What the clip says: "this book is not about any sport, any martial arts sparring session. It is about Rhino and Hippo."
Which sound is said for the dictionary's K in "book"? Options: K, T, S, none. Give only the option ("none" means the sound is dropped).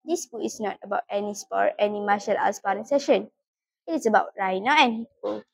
none